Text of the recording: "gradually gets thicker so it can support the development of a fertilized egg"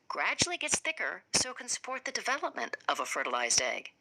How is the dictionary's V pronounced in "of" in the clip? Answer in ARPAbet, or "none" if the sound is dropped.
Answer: V